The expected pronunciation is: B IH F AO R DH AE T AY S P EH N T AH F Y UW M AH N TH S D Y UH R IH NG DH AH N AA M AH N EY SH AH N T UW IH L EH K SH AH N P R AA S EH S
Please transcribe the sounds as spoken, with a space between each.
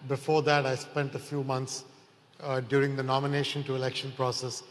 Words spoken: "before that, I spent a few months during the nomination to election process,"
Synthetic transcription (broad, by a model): B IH F AO R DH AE T AY S P EH N T AH F Y UW M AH N T S D Y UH R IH NG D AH N AA M AH N EY SH AH N T UW IH L EH K SH AH N P R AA S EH S